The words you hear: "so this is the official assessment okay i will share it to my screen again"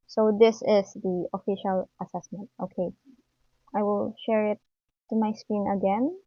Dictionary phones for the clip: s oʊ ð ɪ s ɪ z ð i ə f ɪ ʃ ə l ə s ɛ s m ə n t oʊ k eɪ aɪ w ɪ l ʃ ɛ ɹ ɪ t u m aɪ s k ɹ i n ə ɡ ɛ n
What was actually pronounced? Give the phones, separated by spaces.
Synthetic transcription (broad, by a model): s oʊ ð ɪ s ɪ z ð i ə f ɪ ʃ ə l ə s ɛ s m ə n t oʊ k eɪ aɪ w ɪ l ʃ ɛ ɹ ɪ t u m aɪ s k i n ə ɡ ɛ n